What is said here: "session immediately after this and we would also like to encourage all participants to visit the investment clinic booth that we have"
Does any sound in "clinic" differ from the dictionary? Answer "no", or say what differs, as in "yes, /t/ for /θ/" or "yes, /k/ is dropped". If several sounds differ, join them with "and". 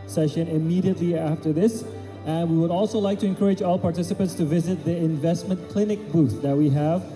no